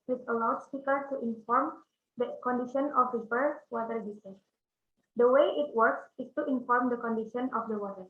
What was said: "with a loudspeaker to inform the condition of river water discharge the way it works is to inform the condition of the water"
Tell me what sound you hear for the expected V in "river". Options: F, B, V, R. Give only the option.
B